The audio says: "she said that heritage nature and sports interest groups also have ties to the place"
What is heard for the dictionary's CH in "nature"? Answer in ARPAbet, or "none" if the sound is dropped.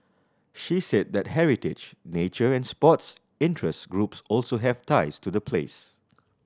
CH